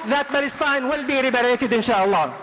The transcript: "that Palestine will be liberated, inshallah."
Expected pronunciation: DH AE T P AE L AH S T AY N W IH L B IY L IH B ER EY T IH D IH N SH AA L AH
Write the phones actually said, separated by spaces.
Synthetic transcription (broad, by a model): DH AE T B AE L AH S T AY N W IH L B IY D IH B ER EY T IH D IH N SH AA L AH